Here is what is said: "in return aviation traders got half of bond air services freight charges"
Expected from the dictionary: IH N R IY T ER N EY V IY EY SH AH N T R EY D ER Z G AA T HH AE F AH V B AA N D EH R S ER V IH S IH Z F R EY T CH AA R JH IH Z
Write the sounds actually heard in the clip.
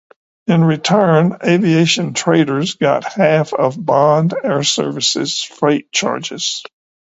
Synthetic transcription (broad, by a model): IH N R IY T ER N EY V IY EY SH AH N T R EY D ER Z G AA T HH AE F AH V B AA N D EH R S ER V IH S IH Z F R EY T CH AA R JH IH Z